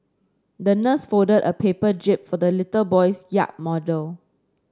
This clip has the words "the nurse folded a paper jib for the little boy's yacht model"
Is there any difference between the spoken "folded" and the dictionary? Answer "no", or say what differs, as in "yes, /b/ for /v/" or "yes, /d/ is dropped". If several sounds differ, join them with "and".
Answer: yes, /l/ is dropped